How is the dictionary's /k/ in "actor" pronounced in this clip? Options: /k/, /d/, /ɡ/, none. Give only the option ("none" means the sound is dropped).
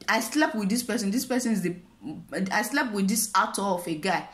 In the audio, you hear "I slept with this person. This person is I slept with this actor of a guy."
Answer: none